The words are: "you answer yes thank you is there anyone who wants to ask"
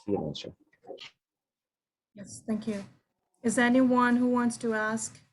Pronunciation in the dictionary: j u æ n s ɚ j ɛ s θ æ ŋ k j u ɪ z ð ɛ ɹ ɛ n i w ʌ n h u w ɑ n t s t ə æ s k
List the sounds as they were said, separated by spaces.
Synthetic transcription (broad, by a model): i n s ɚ j ɛ s θ æ ŋ k j u ɪ z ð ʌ ɹ ɛ n i w ʌ n h u w ɑ n t s t ə æ s k